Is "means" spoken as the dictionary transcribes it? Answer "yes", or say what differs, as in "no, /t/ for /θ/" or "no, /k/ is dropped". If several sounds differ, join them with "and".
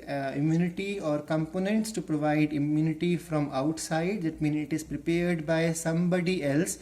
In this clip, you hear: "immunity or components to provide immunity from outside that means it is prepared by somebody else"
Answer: no, /z/ is dropped